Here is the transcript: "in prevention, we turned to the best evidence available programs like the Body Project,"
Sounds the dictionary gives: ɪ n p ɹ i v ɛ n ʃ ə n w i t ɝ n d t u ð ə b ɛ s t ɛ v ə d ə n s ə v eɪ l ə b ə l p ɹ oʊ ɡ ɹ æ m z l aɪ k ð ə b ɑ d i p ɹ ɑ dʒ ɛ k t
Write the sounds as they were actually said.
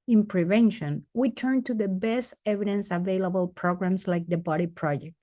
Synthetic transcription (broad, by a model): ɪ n p ɹ i v ɛ n ʃ ə n w i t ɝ n t u ð ə b ɛ s t ɛ v ə d ə n s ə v eɪ l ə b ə l p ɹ oʊ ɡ ɹ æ m s l aɪ k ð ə b ɑ d i p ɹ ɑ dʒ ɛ k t